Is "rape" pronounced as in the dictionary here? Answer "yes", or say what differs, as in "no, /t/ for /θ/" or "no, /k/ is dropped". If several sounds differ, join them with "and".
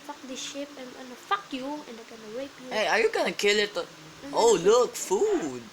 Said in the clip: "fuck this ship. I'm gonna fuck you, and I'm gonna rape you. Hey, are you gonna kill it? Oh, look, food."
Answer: no, /w/ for /ɹ/